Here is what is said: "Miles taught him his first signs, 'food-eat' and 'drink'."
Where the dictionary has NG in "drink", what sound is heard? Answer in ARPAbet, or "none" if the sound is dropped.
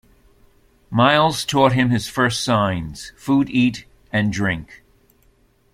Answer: NG